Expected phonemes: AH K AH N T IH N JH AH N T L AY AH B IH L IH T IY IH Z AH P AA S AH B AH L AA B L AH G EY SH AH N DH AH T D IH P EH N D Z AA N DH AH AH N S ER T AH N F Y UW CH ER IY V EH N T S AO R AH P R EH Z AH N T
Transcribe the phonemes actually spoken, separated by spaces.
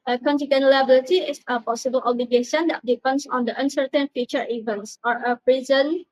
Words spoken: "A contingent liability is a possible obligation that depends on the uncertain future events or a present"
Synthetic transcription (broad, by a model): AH K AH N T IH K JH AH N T L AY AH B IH L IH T IY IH S AH P AA S AH B AH L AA B L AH G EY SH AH N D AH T D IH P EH N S AA N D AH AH N S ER T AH N F Y UW CH ER IY V EH N T S AO R AH P R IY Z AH N